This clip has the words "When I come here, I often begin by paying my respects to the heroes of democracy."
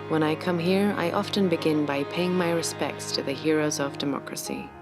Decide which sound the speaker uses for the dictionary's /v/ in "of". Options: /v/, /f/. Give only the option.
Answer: /v/